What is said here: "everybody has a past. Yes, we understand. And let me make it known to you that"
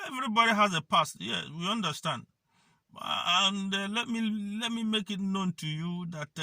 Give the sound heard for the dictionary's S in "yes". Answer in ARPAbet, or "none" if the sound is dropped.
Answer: none